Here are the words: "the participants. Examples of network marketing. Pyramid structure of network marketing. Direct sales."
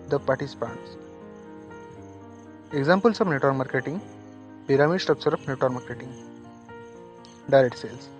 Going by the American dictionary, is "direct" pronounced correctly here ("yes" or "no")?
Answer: no